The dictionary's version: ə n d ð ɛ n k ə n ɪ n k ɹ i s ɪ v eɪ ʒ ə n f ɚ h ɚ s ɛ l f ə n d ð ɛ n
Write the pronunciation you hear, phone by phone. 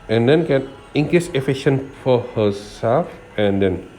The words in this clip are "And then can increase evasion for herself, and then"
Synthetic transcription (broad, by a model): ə n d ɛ n k ə n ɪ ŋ k ɹ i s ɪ f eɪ ʃ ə n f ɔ h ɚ s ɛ l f ə n d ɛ n